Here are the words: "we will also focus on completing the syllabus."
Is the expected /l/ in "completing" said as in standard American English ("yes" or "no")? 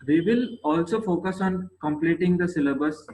yes